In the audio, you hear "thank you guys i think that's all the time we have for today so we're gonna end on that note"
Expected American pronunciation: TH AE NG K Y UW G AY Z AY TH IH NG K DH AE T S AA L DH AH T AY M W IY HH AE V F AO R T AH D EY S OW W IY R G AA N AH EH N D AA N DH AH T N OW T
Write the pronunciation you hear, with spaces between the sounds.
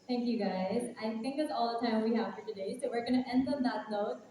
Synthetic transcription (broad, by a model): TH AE NG K Y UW G AY Z AY TH IH NG K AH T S AA L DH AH T AY M W IY HH AE V F AO R T AH D EY S OW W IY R G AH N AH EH N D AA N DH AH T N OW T